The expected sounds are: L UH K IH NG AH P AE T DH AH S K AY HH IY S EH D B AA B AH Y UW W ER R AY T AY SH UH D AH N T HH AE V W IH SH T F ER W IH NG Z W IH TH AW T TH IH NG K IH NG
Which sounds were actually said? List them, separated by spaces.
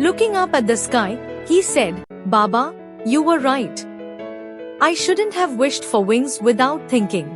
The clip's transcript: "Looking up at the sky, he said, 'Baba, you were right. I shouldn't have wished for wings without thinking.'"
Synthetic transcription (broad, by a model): L UH K IH NG AH P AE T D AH S K AY HH IY S EH D B AA B AH Y UW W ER R AY T AY SH UH D AH N T HH AE V W IH SH T F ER W IH NG Z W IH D AW T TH IH NG K IH NG